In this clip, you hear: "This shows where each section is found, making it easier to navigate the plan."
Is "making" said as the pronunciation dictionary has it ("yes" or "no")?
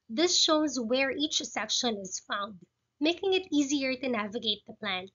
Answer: yes